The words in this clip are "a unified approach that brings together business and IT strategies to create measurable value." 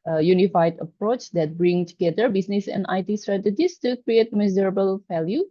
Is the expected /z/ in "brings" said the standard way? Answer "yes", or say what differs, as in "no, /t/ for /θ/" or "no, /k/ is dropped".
no, /z/ is dropped